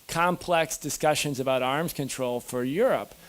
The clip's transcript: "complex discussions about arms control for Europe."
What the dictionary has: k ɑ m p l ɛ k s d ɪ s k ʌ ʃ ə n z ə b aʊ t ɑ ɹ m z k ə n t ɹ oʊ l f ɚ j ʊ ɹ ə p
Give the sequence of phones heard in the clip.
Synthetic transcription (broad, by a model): k ɑ m p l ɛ k s d ɪ s k ʌ ʃ ə n z ə b aʊ t ɑ ɹ m z k ə n t ɹ oʊ l f ɚ j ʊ ɹ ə p